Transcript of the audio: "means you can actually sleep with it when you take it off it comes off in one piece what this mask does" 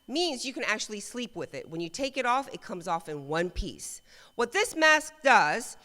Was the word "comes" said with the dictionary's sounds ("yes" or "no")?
yes